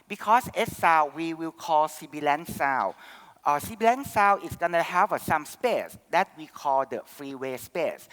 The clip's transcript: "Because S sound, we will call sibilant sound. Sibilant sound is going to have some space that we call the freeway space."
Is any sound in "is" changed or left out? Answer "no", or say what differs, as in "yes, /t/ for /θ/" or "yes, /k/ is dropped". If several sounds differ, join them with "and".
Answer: yes, /s/ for /z/